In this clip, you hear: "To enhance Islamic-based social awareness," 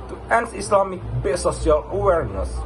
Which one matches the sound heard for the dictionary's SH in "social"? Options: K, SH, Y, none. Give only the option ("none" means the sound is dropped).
none